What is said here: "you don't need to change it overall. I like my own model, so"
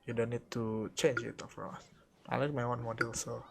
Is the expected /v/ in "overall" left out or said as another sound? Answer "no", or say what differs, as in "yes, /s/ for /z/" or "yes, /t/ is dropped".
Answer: yes, /f/ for /v/